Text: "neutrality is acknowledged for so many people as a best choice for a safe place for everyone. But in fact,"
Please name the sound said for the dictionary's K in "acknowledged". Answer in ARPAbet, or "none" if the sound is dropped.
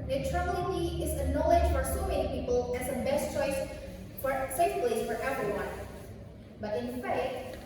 none